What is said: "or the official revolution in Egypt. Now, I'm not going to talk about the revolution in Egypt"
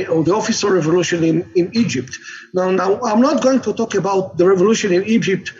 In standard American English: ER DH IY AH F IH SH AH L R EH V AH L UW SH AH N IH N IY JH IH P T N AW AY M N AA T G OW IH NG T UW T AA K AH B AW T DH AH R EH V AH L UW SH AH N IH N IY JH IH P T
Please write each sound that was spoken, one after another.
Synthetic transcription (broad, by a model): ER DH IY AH F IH S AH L R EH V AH L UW SH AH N IH N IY JH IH P T N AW AY M N AA T G OW IH NG T UW T AA K AH B AW T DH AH R EH V AH L UW SH AH N IH N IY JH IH P T